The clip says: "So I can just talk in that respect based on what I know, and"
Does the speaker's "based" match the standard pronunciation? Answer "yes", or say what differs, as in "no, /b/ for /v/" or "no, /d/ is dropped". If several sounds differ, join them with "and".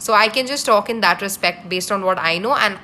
yes